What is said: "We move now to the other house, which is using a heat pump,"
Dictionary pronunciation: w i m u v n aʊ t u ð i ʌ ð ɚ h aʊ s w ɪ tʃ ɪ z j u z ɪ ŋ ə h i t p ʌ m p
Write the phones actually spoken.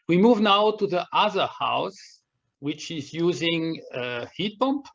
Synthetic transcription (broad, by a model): w i m u v n aʊ t u ð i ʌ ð ɚ h aʊ s w ɪ tʃ ɪ z j u z ɪ ŋ ə h i t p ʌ m p